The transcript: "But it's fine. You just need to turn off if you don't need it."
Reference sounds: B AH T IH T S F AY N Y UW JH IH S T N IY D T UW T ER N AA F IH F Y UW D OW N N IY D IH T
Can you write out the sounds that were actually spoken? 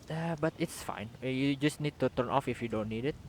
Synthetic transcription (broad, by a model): B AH T IH T S F AY N Y UW JH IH S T N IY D T UW T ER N AA F IH F Y UW D OW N N IY D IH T